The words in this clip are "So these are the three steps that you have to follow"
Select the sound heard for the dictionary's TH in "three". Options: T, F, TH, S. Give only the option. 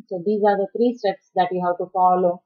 T